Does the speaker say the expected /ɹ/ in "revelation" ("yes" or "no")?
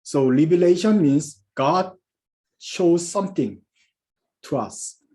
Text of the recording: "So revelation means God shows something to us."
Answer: no